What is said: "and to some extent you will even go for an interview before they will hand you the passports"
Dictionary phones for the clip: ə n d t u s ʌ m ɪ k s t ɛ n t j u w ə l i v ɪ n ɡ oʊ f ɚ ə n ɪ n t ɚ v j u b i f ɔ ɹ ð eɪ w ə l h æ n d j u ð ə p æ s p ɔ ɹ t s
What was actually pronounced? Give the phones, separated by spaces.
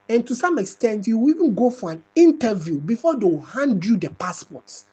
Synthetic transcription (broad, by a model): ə n t u s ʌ m ɪ k s t ɛ n t j u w i v ɪ n ɡ oʊ f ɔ ə n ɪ n t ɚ v j u b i f ɔ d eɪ w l h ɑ n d j u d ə p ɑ s p ɔ t s